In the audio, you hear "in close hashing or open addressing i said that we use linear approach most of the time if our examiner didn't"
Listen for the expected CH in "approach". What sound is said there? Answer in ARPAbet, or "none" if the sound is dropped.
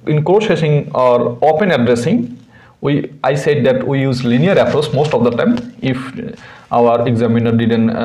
S